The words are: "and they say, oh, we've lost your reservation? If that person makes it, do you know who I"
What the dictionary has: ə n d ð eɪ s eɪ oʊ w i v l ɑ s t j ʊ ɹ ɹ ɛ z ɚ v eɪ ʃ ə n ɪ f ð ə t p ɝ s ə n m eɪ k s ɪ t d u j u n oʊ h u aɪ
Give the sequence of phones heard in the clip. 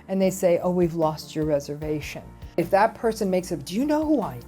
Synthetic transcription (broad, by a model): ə n ð eɪ s eɪ oʊ w i v l ɑ s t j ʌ ɹ ɹ ɛ z ɚ v eɪ ʃ ə n ɪ f ð ə t p ɝ s ə n m eɪ k s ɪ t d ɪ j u n oʊ h u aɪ